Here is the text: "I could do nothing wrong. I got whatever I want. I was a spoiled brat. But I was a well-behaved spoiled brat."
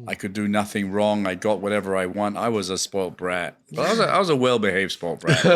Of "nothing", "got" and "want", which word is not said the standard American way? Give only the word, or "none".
none